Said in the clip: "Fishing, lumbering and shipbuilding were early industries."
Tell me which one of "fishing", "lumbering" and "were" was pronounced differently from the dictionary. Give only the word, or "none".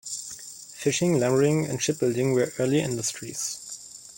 lumbering